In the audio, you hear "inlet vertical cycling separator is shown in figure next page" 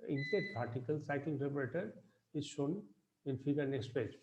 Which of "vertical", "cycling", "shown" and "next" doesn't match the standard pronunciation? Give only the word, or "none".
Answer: vertical